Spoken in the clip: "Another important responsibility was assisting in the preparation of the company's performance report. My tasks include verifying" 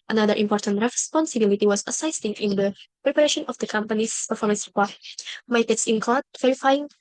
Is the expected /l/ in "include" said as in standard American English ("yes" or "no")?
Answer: no